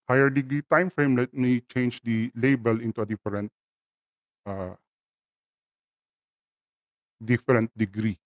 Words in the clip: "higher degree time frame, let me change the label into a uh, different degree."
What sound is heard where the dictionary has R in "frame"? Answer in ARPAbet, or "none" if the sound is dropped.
R